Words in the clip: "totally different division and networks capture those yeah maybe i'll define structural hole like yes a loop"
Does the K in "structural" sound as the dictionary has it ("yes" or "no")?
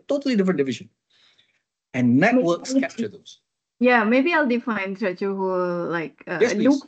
no